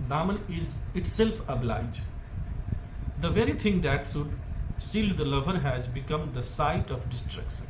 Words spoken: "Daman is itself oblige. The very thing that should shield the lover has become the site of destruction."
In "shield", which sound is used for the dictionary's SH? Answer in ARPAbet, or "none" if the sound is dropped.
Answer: S